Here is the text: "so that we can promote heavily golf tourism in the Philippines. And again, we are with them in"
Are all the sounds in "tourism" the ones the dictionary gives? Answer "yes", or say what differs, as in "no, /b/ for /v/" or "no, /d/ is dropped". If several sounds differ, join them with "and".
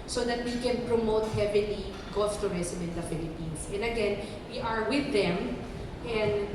no, /s/ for /z/